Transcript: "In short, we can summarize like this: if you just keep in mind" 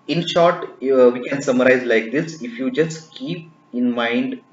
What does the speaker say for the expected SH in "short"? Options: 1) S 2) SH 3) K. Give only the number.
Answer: 2